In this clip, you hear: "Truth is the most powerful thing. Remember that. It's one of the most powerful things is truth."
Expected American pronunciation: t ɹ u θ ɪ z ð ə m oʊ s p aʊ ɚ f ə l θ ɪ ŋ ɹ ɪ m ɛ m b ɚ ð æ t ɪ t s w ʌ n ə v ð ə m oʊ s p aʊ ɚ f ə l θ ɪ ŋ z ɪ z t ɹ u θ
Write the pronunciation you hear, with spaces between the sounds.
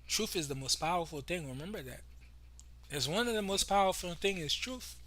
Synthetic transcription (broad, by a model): t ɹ u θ ɪ z ð ə m oʊ s p aʊ ɚ f l θ ɪ ŋ ɹ ɪ m ɛ m b ɚ ð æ t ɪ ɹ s w ʌ n ə v ð ə m oʊ s p aʊ ɚ f l θ ɪ ŋ ɪ z t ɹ u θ